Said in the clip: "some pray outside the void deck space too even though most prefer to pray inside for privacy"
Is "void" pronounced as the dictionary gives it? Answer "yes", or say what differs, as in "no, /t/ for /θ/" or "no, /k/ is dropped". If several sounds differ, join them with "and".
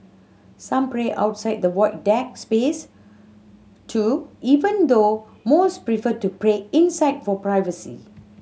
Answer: no, /w/ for /v/